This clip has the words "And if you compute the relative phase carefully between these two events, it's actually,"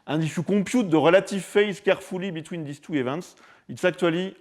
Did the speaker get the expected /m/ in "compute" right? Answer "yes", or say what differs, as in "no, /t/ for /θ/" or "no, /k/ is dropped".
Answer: no, /m/ is dropped